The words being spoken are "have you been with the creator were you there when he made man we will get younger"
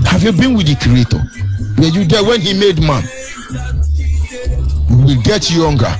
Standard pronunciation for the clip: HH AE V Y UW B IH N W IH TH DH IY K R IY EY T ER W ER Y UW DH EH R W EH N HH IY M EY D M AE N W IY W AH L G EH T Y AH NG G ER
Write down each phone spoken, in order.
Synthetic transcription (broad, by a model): HH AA V Y UW B IH N W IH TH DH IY K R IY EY T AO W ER Y UW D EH W EH N HH IY M EY D M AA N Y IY W AH L G EH T Y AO NG G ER